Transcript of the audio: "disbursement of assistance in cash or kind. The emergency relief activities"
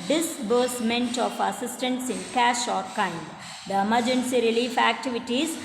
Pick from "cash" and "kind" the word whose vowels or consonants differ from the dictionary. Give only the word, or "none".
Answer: none